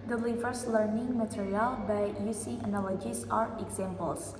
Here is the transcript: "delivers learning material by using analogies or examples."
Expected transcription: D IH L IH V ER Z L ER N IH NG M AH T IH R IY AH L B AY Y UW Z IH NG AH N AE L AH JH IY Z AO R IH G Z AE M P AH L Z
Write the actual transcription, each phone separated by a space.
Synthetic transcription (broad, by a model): D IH L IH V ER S L ER N IH NG M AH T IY R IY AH L B AY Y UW S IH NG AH N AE L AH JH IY S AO R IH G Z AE M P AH L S